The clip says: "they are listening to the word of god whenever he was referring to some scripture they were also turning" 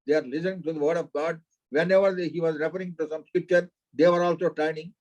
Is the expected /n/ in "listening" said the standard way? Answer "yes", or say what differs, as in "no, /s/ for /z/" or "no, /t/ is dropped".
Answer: no, /n/ is dropped